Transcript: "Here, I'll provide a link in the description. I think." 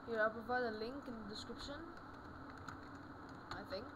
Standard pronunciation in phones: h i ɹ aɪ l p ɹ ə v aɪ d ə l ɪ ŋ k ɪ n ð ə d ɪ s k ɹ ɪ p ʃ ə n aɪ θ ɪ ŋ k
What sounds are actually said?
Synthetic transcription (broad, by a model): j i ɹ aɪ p ə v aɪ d ə l ɪ ŋ k ɪ n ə d ɪ s k ɹ ɪ p ʃ ə n aɪ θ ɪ ŋ k